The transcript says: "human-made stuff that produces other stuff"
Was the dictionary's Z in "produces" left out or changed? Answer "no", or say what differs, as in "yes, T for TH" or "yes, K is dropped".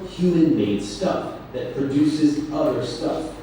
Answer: no